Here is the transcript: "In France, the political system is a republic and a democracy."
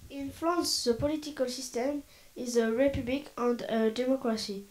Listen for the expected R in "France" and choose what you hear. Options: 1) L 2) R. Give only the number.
1